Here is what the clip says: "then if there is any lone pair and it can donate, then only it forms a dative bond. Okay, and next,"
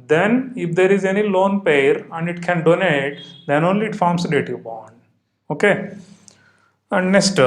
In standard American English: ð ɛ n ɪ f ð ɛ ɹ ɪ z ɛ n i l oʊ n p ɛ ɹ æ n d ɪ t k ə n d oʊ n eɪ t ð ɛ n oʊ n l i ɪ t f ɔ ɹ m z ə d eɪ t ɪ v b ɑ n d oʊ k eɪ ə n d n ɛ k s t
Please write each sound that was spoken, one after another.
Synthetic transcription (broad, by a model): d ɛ n ɪ f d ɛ ɹ ɪ z ɛ n i l oʊ n p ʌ ɹ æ n d ɪ t k ə n d oʊ n eɪ t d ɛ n oʊ n l i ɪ t f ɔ ɹ m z ə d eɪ t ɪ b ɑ n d oʊ k eɪ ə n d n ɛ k s t